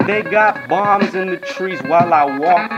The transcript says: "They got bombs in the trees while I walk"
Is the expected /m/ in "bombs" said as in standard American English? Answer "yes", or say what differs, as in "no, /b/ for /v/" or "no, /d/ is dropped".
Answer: yes